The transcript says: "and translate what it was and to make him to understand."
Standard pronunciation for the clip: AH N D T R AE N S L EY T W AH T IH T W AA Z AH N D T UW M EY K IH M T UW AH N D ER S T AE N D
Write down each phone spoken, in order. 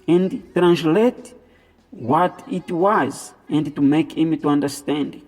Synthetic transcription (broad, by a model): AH N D T R AE N S L EY T W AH T IH T W AA Z AH N D T UW M EY K IH M T UW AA N D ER S T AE N D